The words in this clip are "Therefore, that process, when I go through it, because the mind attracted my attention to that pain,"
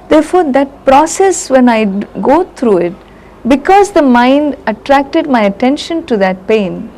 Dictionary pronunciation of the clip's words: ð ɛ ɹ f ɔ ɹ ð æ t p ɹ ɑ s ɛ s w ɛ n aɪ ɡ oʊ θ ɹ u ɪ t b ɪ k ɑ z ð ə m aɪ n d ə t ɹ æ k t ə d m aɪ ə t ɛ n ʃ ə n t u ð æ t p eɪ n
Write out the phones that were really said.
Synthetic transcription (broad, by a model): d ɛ ɹ f ɔ ɹ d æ t p ɹ ɑ s ɛ s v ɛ n aɪ ɡ oʊ t ɹ u ɪ t b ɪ k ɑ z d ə m aɪ n d ə t ɹ æ k t ə d m aɪ ə t ɛ n ʃ ə n t u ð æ t p eɪ n